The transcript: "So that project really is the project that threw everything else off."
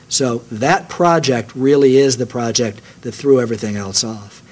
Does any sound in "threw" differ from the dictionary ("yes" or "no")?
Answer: no